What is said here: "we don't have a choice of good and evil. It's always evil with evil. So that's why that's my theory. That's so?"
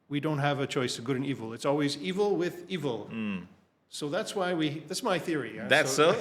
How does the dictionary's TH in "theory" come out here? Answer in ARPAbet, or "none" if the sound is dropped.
TH